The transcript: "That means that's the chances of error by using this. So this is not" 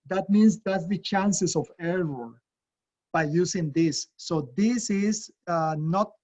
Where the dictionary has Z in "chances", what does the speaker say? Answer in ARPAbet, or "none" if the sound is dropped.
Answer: S